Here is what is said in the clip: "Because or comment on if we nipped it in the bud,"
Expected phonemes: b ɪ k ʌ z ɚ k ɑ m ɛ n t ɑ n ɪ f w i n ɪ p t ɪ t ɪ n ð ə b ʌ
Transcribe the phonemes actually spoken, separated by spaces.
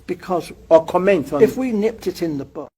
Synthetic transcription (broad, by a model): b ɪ k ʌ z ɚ k ɑ m ɛ n t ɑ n ɪ f w i n ɪ p t ɪ t ɪ n ð ə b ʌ